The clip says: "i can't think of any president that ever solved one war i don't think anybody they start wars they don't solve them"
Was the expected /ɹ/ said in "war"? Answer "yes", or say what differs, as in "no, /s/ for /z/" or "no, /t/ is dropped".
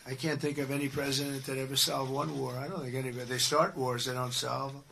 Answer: yes